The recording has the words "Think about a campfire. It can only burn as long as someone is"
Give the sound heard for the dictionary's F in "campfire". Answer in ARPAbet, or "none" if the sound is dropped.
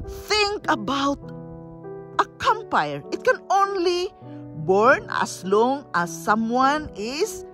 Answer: none